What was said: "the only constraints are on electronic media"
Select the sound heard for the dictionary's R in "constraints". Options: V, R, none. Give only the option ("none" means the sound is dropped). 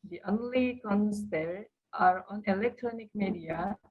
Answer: none